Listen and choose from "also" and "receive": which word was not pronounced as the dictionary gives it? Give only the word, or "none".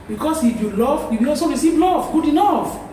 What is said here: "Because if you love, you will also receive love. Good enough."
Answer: also